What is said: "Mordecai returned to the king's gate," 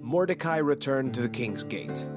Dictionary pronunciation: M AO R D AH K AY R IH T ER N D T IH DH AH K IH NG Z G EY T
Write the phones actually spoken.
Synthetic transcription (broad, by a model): M AO R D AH K AY R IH T ER N T IH DH AH K IH NG Z G EY T